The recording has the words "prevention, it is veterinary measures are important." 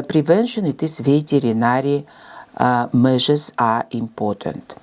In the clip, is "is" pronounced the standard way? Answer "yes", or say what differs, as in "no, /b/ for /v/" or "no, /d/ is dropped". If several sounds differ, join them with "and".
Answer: no, /s/ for /z/